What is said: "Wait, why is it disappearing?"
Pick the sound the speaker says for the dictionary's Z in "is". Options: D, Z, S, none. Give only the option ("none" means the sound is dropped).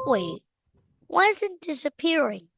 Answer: Z